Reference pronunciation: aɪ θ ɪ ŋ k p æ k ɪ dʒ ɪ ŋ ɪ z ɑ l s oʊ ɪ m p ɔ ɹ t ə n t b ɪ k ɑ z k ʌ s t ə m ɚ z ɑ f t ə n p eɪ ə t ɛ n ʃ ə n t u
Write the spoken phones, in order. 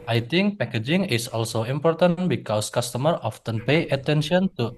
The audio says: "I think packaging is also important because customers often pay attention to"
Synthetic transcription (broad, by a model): aɪ t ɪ ŋ k p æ k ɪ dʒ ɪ ŋ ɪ s ɑ l s oʊ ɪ m p ɔ ɹ t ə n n b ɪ k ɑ s k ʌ s t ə m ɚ ɑ f t ə n p eɪ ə t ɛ n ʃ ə n t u